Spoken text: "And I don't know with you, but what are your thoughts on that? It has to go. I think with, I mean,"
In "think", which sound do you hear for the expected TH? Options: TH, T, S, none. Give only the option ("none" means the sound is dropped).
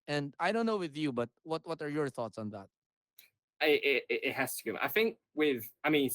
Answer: TH